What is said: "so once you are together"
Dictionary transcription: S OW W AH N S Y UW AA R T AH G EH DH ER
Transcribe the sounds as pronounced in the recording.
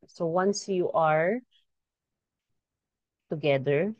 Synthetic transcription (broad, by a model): S OW W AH N S Y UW AA R T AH G EH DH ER